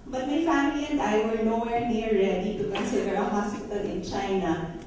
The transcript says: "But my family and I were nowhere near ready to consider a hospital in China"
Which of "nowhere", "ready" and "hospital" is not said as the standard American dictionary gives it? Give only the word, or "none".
hospital